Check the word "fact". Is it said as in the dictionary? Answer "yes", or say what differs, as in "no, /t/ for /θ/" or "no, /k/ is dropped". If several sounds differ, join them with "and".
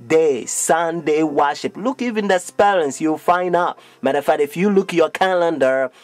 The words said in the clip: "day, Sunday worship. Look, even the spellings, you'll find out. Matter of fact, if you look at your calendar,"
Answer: no, /k/ is dropped